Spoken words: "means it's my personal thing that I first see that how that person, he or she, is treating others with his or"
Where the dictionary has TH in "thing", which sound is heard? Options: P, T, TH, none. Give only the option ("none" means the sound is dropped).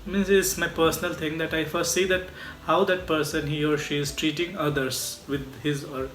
T